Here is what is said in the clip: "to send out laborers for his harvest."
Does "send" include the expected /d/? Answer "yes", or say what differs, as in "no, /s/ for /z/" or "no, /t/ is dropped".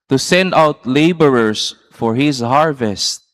yes